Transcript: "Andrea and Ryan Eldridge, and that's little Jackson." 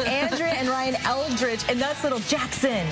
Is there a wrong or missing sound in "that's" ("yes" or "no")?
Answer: no